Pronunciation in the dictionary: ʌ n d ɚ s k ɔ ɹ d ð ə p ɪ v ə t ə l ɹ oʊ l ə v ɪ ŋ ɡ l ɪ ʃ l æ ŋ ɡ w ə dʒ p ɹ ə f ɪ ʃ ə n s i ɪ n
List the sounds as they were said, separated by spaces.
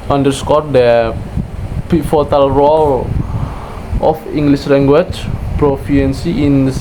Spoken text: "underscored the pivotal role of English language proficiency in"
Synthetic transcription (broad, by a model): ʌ n d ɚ s k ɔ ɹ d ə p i f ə t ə l ɹ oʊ l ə f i ŋ ɡ l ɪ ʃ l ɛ ŋ ɡ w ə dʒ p ɹ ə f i ə n s i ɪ n